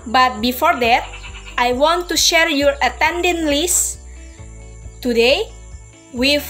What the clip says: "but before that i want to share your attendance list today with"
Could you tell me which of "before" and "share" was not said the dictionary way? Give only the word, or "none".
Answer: none